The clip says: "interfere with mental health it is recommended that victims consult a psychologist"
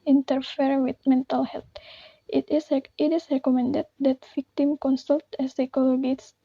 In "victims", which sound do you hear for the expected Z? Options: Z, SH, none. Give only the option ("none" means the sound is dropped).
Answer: none